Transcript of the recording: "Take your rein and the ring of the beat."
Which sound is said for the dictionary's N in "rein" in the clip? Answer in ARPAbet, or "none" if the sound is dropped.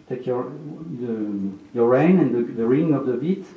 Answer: N